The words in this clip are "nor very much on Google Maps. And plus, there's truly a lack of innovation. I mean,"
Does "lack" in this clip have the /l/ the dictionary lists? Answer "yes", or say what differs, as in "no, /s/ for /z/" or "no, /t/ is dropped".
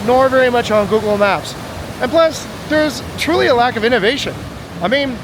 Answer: yes